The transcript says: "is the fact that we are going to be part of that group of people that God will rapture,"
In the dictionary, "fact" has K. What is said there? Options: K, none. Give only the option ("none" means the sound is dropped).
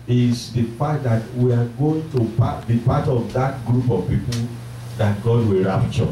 none